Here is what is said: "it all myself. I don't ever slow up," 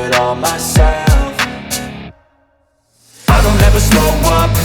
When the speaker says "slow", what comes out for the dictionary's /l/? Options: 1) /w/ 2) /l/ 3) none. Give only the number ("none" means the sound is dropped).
3